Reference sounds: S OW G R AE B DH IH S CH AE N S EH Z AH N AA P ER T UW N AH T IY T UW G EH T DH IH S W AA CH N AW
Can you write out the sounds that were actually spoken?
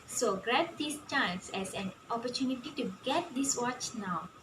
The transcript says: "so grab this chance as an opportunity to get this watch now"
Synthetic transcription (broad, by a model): S OW G R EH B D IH S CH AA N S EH S AH N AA P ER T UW N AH T IY T UW G EH T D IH S W AA CH N AW